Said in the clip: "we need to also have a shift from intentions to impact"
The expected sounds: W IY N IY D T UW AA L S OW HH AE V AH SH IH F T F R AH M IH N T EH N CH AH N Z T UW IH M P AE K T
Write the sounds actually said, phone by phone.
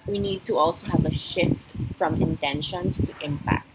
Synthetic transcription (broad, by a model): W IY N IY D T UW AA L S OW HH AE V AH SH IH F T F R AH M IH N T EH N SH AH N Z T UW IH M P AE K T